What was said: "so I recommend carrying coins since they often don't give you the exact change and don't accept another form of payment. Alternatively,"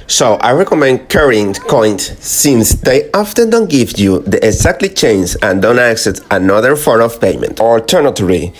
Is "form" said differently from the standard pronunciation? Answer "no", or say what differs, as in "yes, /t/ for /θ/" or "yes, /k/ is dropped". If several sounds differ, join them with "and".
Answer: yes, /m/ is dropped